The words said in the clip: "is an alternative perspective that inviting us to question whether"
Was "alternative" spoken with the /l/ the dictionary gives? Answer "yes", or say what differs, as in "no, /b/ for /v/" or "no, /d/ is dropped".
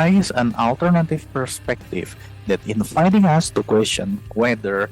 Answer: yes